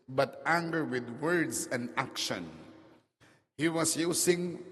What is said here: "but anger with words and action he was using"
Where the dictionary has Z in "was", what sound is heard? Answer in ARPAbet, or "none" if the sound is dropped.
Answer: S